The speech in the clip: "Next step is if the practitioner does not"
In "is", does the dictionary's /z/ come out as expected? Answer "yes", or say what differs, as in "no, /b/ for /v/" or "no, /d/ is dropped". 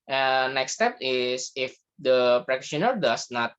no, /s/ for /z/